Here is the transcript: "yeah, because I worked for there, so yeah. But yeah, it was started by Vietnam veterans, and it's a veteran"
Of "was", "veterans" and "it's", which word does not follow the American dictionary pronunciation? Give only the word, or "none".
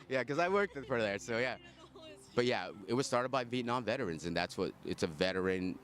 none